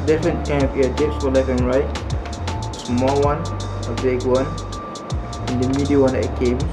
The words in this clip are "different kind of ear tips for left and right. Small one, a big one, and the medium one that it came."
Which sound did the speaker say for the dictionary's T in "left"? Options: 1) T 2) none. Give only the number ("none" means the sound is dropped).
2